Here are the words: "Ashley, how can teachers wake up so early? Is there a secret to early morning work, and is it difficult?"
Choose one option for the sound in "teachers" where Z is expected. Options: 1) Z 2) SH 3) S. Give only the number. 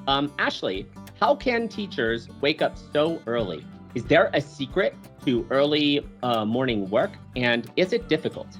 1